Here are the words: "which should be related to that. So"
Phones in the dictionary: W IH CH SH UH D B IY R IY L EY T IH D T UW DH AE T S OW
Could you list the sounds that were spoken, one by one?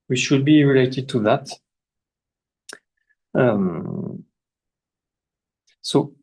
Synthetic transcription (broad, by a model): W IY SH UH D B IY R IY L EY T IH D T UW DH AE T S OW